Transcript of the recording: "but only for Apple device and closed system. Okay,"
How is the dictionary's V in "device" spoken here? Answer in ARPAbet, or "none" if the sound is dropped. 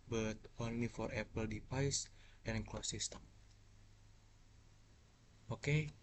P